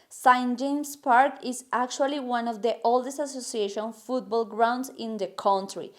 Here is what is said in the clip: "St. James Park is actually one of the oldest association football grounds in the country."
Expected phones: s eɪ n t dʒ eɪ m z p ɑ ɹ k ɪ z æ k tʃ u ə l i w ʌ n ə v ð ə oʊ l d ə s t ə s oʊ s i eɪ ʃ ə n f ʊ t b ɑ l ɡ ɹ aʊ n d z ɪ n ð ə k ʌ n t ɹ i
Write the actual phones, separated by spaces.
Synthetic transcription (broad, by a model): s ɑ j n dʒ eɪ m s p ɑ ɹ k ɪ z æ k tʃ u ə l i w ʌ n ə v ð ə oʊ l d ə s t ə s oʊ s i eɪ ʃ ə n f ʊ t b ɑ l ɡ ɹ aʊ n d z ɪ n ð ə k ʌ n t ɹ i